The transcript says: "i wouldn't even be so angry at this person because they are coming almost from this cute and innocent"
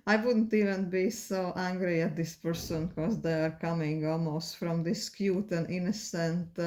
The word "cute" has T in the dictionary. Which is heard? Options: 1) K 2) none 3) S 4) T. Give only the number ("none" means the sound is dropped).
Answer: 4